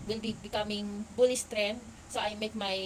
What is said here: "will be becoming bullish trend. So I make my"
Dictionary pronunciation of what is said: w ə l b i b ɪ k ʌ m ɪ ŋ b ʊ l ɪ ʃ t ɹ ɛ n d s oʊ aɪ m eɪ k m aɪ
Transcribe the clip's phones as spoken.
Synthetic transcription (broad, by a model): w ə l b i b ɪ k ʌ m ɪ ŋ b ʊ l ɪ s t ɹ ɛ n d s oʊ aɪ m eɪ k m aɪ